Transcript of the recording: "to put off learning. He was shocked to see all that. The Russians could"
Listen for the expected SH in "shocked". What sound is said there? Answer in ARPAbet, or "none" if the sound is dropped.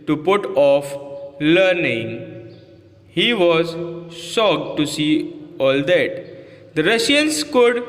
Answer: S